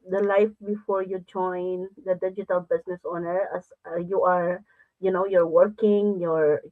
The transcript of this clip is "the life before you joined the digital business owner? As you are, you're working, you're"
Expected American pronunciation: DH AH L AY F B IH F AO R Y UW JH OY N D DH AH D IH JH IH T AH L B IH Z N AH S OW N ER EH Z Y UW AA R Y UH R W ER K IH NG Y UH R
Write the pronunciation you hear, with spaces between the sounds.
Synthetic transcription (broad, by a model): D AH L AY F B IH F AO R Y UW JH OY N D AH D IH JH IH T AH L B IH S N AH S OW N ER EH S Y UW AA R Y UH R W ER K IH NG Y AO R